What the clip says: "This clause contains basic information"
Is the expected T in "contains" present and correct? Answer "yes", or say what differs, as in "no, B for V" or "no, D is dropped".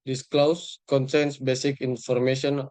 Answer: no, S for T